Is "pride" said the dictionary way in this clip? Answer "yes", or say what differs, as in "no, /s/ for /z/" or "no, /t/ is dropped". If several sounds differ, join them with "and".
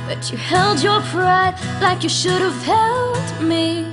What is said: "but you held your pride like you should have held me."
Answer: yes